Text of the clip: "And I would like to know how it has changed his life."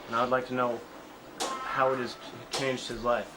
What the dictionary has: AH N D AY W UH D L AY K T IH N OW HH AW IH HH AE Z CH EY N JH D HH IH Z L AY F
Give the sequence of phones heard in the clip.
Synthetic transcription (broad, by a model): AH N AY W D L AY K T IH N OW HH AW IH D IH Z CH EY N JH D HH IH Z L AY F